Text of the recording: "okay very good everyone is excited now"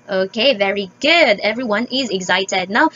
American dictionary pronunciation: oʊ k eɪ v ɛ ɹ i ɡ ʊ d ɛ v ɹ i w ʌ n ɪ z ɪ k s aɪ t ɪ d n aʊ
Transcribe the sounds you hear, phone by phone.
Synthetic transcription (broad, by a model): oʊ k eɪ v ɛ ɹ i ɡ ʊ d ɛ v ɹ i w ʌ n ɪ z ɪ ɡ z aɪ t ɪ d n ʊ